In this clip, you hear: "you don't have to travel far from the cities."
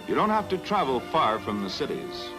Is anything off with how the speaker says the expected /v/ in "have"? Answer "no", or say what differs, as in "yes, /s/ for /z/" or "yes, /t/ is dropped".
yes, /f/ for /v/